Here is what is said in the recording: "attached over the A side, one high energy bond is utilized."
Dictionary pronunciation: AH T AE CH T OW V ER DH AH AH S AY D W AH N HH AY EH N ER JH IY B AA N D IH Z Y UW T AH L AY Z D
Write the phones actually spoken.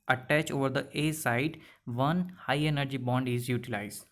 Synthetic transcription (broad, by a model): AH T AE CH OW V ER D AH AH S AY D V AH N HH AY EH N ER JH IY B AA N D IH Z Y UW T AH L AY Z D